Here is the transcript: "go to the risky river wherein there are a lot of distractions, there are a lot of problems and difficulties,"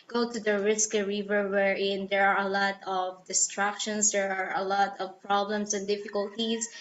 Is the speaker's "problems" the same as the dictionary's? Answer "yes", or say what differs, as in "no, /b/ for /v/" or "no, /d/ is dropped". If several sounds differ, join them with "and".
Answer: no, /s/ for /z/